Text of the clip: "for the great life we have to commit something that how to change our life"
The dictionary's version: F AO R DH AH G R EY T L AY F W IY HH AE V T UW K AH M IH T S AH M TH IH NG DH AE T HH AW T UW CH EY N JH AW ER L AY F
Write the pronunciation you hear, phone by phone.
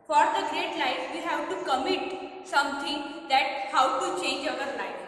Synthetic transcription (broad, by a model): F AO R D AH G R EY T L AY F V IY HH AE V T UW K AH M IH T S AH M T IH NG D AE T HH AW T UW CH EY N JH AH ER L AY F